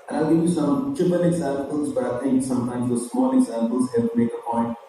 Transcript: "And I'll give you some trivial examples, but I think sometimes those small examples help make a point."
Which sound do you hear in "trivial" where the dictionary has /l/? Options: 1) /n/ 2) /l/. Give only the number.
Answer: 1